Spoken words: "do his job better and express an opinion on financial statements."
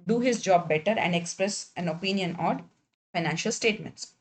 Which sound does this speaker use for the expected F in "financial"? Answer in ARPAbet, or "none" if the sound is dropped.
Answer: F